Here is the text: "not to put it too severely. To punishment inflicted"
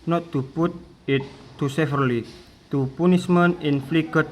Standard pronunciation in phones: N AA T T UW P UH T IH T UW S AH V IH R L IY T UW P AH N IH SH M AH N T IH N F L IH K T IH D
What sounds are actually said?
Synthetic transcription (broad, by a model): N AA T T UW P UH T IH T UW S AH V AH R L IY T UW P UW N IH S M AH N IH N F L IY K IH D